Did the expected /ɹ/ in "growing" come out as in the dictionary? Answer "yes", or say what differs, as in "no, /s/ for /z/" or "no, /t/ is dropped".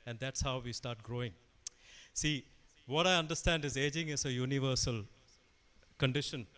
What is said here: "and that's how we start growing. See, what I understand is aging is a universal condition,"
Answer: yes